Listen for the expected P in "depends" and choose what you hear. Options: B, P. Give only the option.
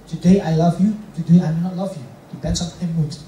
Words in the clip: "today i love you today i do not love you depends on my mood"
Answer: B